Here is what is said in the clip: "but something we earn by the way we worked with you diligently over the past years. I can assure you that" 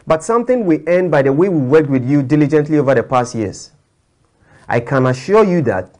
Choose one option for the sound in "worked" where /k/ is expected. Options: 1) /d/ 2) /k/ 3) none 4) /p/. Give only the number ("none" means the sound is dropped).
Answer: 2